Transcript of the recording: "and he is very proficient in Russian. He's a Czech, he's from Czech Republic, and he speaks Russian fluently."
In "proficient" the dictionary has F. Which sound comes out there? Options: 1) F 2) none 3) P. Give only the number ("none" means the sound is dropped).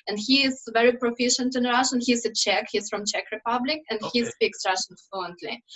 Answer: 1